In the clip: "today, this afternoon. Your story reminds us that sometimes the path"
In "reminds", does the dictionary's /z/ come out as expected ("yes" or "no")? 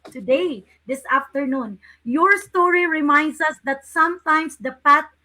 no